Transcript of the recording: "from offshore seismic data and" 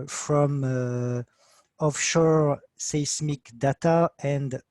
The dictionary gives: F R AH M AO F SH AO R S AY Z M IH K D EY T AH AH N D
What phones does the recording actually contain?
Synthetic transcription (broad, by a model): F R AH M AO F SH AO R S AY S M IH K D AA T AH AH N D